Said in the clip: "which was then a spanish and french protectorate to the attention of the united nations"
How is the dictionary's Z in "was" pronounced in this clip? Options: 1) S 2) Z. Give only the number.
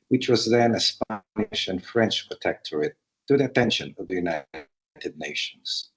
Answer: 2